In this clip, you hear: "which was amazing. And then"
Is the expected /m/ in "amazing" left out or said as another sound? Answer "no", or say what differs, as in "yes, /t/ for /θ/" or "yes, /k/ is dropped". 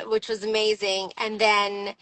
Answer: no